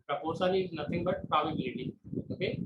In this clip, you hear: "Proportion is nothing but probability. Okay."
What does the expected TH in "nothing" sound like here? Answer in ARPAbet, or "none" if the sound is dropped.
T